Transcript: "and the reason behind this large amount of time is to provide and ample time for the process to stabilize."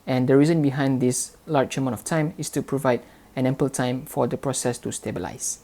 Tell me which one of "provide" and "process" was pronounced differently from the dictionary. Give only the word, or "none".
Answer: none